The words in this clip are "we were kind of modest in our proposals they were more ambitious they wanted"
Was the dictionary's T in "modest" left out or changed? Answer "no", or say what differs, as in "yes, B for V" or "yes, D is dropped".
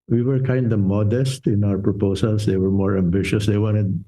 no